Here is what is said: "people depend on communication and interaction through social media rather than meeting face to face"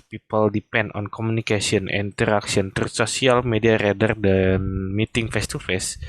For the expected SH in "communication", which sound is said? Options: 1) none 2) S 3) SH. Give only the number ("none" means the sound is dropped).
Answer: 2